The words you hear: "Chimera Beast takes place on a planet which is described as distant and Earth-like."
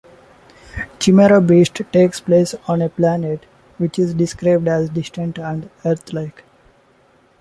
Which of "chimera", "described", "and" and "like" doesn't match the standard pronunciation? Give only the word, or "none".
none